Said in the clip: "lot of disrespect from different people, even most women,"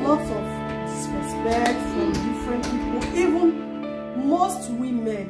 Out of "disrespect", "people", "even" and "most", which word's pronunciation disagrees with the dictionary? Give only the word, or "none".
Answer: disrespect